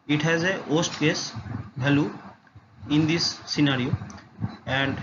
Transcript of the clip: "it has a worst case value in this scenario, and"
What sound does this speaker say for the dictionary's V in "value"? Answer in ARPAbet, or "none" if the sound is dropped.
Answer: B